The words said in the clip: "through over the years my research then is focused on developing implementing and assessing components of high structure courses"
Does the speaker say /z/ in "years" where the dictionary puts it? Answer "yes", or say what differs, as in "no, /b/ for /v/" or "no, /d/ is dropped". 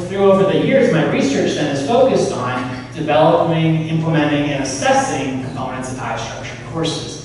yes